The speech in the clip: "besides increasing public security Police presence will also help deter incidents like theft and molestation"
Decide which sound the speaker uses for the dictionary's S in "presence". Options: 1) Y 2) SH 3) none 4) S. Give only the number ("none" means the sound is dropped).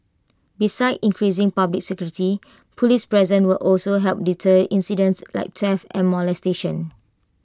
3